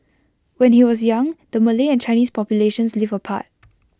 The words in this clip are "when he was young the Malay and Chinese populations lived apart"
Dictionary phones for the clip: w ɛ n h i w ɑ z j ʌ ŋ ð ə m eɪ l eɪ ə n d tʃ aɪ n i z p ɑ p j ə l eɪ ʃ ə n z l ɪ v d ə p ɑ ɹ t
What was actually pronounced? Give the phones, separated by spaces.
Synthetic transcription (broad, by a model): w ɛ n h i w ɑ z j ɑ ŋ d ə m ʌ l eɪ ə n tʃ aɪ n i s p ɑ p j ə l eɪ ʃ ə n s l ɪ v ə p ɑ t